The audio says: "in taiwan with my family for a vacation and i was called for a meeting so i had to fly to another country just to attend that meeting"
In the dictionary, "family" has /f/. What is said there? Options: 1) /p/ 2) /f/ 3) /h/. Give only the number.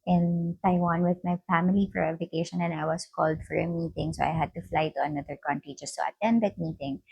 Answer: 2